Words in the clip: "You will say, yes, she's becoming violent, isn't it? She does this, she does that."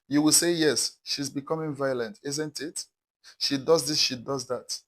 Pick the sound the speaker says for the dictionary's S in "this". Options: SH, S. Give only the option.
S